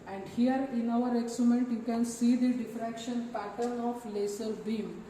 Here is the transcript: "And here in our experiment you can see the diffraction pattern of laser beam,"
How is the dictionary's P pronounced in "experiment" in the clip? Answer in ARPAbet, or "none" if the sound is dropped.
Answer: none